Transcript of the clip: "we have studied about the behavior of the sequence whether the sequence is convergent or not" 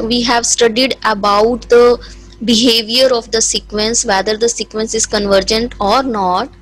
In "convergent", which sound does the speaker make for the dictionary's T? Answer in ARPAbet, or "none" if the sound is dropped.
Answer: T